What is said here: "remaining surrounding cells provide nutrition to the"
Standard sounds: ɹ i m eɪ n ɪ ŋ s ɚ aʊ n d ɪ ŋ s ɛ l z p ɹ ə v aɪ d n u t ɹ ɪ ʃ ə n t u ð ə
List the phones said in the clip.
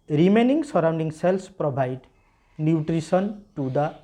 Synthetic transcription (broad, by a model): ɹ i m eɪ n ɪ ŋ s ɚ aʊ n d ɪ ŋ s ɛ l s p ɹ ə b aɪ d n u t ɹ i s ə n t u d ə